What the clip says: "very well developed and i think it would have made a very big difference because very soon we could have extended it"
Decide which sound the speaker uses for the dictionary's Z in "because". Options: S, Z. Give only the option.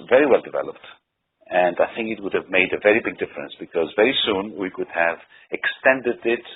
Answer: Z